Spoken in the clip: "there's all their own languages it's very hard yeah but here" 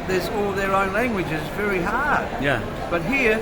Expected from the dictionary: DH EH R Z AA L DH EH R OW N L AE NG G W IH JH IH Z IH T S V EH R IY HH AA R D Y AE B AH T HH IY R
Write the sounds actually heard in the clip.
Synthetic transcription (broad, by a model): DH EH R Z AA L DH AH R OW N L AE NG G W IH JH IH Z V EH R IY HH AA R D Y AE B AH T HH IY R